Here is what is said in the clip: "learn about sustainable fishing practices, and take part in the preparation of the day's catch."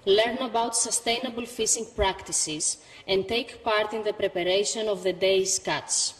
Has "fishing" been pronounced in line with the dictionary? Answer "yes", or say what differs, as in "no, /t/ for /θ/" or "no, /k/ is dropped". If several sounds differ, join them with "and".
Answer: no, /s/ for /ʃ/